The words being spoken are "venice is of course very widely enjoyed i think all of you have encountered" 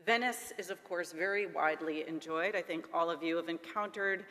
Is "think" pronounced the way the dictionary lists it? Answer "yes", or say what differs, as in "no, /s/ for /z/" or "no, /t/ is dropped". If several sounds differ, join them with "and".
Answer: yes